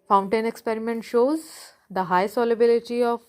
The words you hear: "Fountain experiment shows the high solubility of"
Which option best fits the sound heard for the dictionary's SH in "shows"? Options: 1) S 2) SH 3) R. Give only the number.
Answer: 2